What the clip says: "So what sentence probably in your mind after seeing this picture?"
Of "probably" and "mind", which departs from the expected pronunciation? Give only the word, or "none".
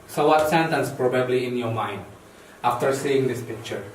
none